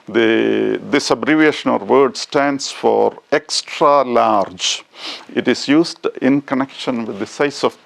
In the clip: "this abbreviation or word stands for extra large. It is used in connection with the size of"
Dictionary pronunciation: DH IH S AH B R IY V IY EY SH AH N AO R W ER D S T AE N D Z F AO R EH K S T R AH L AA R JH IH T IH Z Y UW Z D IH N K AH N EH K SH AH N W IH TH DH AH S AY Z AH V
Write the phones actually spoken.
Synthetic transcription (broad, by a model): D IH S AH B R IY V IY EY SH AH N AO R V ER D S T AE N D S F AO R EH K S T R AH L AA R JH IH T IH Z Y UW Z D IH N K AH N EH K SH AH N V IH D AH S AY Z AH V